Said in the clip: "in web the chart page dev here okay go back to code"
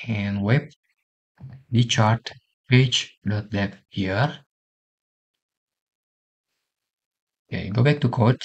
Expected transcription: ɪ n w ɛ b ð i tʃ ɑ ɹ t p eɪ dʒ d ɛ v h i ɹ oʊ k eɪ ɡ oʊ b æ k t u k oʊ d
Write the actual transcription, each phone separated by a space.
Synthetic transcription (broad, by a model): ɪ n w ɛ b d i tʃ ɑ ɹ t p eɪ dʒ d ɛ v h i ɹ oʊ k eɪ ɡ oʊ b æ k t u k oʊ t